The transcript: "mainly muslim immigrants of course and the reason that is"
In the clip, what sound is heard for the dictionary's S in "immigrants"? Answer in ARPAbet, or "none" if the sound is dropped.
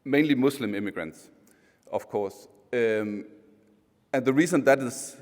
S